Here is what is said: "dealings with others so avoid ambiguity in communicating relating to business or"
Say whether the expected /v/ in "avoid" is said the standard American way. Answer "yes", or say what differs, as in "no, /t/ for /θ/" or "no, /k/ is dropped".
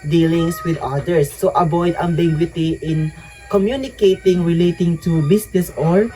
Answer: no, /b/ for /v/